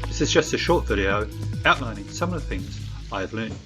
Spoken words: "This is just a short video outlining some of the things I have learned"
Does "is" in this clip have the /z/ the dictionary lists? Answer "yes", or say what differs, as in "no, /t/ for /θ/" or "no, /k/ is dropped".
yes